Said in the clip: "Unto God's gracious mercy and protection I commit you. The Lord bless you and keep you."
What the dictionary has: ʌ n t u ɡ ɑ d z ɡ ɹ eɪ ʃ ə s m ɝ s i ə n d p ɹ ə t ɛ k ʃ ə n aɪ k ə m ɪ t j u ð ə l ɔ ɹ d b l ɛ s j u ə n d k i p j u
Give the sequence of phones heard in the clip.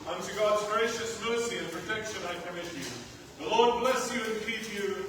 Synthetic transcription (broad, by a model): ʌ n t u ɡ ɑ d z ɡ ɹ eɪ ʃ ə s m ɝ s i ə n p ɹ ə t ɛ k ʃ ə n aɪ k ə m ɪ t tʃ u ð ə l ɔ ɹ d b l ɛ s j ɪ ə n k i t j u